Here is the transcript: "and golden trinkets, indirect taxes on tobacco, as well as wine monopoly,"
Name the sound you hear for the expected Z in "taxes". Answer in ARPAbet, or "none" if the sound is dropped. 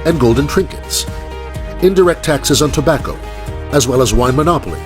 Z